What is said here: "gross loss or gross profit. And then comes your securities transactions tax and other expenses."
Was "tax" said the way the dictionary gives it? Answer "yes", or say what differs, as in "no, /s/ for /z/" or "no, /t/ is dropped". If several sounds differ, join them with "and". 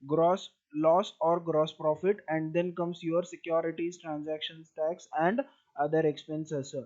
yes